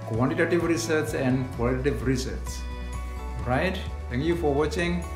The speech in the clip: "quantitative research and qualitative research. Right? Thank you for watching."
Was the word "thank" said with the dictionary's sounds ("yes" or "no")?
no